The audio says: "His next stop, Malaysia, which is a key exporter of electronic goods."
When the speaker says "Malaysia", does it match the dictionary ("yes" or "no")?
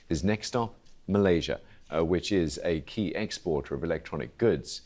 yes